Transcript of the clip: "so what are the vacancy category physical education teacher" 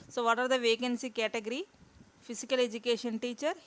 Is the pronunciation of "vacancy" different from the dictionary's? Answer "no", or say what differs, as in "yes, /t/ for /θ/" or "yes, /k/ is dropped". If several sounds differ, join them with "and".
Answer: no